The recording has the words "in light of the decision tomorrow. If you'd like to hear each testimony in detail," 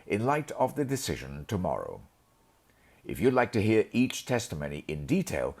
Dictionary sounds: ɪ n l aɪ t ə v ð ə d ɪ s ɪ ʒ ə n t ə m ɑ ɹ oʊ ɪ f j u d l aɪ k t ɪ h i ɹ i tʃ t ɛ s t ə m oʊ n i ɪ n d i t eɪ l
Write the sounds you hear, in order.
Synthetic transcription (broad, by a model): ɪ n l aɪ t ə v ð ə d ɪ s ɪ ʒ ə n t ə m ɑ ɹ oʊ ɪ f j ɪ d l aɪ k t ɪ h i ɹ i tʃ t ɛ s t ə m oʊ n i ɪ n d i t eɪ l